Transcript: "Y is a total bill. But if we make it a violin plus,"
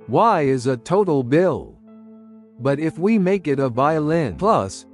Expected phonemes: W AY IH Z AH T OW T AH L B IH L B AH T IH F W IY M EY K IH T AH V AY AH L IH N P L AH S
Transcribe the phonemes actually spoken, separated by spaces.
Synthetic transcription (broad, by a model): W AY IH Z AH T OW T L B IH L B AH T IH F W IY M EY K IH T AH V AY AH L IH N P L AH S